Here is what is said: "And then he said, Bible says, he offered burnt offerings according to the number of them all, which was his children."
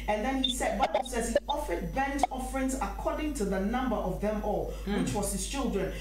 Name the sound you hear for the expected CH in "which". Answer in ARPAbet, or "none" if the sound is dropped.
CH